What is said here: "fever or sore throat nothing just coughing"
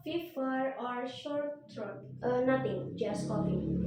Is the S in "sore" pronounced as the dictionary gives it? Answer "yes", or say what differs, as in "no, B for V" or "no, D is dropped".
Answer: no, SH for S